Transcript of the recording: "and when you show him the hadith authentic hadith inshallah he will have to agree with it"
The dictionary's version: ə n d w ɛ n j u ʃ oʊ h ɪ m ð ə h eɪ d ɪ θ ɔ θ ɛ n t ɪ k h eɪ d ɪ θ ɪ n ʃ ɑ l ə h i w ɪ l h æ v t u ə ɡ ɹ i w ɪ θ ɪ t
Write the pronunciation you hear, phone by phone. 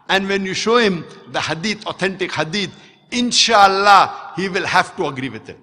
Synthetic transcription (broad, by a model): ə n d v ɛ n j u ʃ oʊ h ɪ m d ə h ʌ d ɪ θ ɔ t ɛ n t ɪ k h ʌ d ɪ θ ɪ n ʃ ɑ l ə h i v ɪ l h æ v t u ə ɡ ɹ i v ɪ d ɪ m